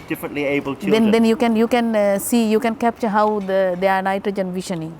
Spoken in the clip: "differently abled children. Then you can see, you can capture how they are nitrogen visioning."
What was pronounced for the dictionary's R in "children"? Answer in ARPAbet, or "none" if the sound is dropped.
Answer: none